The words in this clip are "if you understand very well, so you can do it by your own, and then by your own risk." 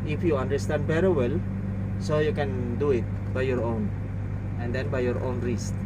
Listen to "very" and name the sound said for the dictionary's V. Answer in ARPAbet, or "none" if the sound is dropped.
B